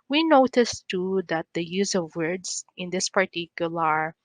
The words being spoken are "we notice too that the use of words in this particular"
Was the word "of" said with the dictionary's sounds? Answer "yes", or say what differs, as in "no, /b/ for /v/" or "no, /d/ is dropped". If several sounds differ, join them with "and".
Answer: yes